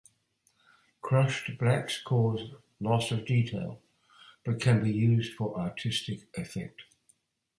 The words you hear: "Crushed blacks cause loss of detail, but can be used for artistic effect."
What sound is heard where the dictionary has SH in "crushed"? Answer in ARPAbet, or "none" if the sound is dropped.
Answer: SH